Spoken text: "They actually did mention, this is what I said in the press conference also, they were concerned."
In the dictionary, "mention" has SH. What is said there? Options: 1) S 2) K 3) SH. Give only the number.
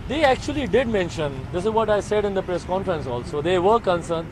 3